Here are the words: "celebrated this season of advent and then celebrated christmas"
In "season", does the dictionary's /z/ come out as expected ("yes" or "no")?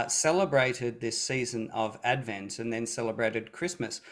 yes